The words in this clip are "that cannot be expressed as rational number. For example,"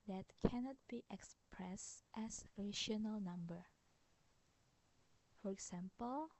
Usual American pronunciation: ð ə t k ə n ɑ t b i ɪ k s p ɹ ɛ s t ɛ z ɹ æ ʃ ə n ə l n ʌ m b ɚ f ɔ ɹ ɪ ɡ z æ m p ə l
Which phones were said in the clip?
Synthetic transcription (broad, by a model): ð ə t k ə n ɑ t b i ɪ k s p ɹ ɛ s t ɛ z ɹ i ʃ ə n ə l n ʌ m b ɚ f ɔ ɹ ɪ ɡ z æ m p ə l